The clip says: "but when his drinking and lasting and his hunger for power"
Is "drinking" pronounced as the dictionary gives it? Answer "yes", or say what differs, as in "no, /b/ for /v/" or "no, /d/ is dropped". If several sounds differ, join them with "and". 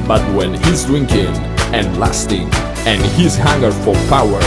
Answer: no, /ɹ/ is dropped